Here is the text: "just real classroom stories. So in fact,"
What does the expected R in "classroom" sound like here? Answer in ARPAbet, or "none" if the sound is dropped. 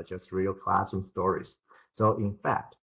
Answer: none